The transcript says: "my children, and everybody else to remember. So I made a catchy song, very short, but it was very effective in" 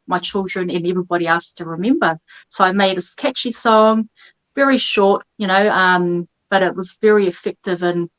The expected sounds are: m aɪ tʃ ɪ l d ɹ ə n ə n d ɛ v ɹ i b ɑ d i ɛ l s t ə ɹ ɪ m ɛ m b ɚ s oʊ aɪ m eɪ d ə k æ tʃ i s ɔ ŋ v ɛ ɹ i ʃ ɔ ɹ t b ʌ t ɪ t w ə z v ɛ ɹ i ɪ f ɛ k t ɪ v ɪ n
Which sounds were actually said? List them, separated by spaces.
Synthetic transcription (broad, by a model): m aɪ tʃ ɪ l d ɹ ə n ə n ɛ v ɹ i b ɑ d i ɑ s t ə ɹ ɪ m ɛ m b ɚ s oʊ aɪ m eɪ d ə k æ tʃ i s ɔ ŋ v ɛ ɹ i ʃ ɔ ɹ t b ʌ t ɪ t w ə z v ɛ ɹ i ɪ f ɛ k t ɪ v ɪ n